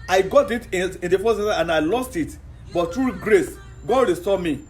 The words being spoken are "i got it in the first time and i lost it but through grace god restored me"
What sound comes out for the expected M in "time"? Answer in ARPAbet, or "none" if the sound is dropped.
none